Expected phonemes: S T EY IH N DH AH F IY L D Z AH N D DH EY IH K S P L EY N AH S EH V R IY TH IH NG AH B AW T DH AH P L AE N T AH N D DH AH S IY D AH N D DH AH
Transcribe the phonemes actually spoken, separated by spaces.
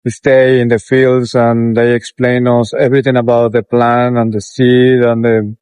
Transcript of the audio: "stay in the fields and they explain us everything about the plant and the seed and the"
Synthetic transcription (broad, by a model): S T EY IH N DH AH F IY L D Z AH N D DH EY IH K S P L EY N AH S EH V R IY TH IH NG AH B AW T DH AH P L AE N AH N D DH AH S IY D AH N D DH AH